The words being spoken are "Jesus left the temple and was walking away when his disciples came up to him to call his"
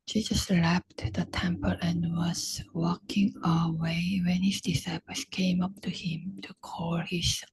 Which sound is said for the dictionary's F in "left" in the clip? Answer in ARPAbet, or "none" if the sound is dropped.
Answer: P